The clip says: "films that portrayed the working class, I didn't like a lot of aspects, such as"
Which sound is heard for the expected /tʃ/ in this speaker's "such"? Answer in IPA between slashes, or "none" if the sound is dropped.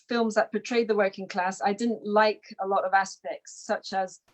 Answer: /tʃ/